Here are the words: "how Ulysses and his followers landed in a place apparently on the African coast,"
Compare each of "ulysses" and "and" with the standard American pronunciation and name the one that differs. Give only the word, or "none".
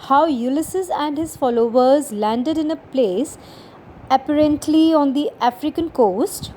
none